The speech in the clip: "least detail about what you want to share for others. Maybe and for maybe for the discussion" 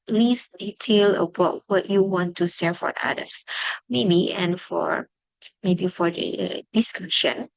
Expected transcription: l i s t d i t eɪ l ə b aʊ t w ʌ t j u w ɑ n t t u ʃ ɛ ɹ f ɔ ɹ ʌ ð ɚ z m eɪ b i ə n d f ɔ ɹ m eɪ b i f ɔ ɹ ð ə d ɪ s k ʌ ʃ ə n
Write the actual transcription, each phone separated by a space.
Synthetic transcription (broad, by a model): l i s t d i t eɪ l ə b aʊ t w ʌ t j u w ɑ n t t u s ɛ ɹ f ɔ ɹ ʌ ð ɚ s m eɪ b i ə n f ɔ ɹ m eɪ b i f ɔ ɹ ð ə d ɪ s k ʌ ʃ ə n